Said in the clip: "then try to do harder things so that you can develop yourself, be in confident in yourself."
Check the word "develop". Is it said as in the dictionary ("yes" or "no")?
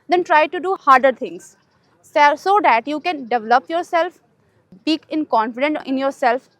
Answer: yes